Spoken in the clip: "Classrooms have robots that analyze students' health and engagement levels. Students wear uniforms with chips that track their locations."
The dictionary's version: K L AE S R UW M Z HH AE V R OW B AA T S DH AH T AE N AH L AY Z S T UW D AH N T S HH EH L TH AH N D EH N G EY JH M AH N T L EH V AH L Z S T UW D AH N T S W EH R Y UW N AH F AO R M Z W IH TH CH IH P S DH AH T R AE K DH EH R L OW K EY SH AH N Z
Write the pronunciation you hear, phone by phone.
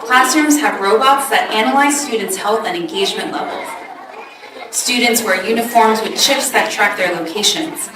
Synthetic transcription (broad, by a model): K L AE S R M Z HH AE V R OW B AA T S DH AH T AE N AH L AY Z S T UW D N T S HH EH L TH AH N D EH N G EY JH M AH N T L EH V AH L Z S T UW D N T S W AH R Y UW N AH F AO R M Z W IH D CH IH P S DH AH T R AE K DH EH R L OW K EY SH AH N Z